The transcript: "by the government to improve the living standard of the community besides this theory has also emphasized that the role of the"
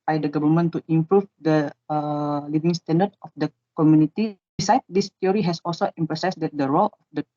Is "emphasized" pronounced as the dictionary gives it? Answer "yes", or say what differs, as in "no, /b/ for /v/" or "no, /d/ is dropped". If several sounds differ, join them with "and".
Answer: no, /p/ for /f/ and /s/ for /z/